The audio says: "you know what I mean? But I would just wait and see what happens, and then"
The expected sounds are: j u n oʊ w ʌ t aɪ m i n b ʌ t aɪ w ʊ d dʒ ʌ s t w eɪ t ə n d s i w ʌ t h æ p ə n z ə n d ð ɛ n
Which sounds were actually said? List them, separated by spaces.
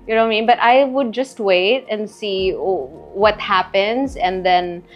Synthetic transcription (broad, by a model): j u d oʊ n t m i n b ʌ t aɪ w ʊ d dʒ ʌ s t w eɪ t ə n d s i w ʌ t h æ p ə n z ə n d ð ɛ n